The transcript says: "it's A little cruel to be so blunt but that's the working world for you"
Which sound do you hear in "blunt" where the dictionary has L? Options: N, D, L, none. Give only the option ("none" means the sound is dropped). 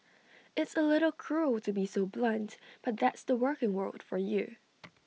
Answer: L